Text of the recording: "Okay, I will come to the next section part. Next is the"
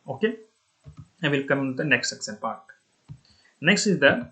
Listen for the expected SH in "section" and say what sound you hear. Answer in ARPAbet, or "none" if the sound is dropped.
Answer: S